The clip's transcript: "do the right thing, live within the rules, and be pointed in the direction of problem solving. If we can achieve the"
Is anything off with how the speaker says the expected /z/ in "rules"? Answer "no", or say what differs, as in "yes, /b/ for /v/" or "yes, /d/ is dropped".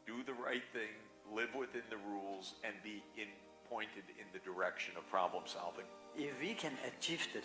no